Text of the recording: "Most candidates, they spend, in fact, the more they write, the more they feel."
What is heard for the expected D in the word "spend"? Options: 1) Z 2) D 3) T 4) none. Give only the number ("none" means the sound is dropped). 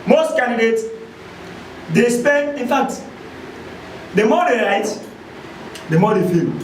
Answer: 4